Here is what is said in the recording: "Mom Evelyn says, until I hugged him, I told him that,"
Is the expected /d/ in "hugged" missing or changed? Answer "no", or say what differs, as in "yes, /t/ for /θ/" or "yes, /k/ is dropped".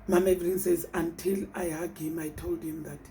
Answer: yes, /d/ is dropped